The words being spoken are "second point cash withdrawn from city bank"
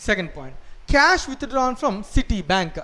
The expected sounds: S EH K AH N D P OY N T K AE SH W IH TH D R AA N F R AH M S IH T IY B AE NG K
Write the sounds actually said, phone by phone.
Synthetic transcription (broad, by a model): S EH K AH N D P OY N T K AE SH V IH T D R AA N F R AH M S IH T IY B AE NG K